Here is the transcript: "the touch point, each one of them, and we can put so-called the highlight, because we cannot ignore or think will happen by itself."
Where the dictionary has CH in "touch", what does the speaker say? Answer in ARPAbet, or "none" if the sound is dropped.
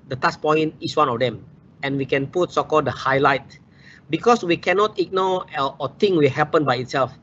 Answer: S